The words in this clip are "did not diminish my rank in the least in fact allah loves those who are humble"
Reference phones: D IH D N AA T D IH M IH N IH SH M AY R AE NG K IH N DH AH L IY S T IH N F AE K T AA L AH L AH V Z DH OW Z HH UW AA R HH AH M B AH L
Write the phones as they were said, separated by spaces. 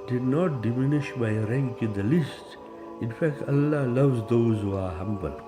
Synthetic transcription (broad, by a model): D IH D N AA T D IH M IH N IH SH M AY R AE NG K IH N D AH L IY S T IH N F AE K T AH L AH L AH V Z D OW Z HH UW AA R HH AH M B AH L